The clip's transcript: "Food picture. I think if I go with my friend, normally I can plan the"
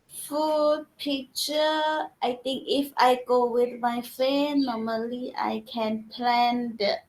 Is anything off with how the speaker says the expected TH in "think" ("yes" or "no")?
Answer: yes